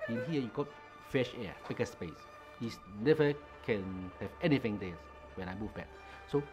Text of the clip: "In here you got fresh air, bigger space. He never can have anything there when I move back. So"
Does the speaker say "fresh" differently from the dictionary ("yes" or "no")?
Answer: yes